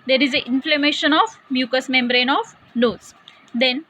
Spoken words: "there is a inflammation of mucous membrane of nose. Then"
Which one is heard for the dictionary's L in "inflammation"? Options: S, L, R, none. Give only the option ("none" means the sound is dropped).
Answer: L